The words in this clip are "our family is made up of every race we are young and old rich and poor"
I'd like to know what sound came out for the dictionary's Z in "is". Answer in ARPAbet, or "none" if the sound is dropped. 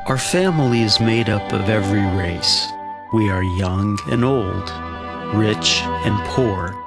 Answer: Z